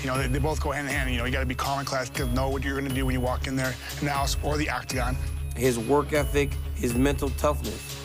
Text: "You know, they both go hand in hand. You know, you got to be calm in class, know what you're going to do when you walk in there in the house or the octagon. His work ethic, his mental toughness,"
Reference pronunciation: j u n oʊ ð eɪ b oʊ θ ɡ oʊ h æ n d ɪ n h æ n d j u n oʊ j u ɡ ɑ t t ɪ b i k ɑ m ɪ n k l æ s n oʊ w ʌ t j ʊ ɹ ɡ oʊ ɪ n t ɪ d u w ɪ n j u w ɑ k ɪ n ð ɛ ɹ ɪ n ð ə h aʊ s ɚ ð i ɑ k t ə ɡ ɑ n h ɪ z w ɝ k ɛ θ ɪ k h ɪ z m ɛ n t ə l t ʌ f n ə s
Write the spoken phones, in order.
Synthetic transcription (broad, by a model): j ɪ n oʊ ð eɪ b oʊ θ ɡ oʊ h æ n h ɪ n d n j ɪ n oʊ j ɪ ɡ ɑ t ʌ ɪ b i k ɑ m ɪ n k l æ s n oʊ w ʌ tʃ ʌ ɹ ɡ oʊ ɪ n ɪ d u w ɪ n j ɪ w ɑ k ɪ n ð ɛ ɹ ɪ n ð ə h aʊ s ɚ ð i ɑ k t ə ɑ n h ɪ z w ɝ k ɛ θ ɪ k h ɪ z m ɛ n t l t ʌ f n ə s